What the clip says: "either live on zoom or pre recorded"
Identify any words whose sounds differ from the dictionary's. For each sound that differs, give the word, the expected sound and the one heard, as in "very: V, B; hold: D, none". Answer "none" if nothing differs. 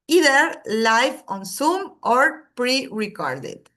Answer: live: V, F; zoom: Z, S